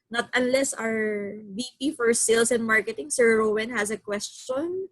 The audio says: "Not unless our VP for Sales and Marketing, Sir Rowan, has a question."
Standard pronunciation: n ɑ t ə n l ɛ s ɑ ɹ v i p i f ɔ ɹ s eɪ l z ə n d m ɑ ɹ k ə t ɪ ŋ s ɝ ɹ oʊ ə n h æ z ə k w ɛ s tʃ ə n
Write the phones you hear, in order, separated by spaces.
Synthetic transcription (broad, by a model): n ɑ t ə n l ɛ s ɑ ɹ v i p i f ɔ ɹ s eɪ l s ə n m ɑ ɹ k ə t ɪ ŋ s ɝ ɹ oʊ ə n h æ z ə k w ɛ s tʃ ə n